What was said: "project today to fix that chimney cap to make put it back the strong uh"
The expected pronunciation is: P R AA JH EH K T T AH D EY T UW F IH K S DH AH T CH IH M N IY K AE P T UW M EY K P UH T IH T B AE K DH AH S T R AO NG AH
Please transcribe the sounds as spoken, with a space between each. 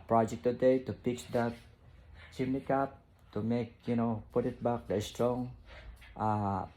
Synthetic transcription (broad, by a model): P R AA JH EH K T T AH D EY T UW P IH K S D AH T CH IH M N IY K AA P T UW M EY K P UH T IH T B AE K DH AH S T R AO NG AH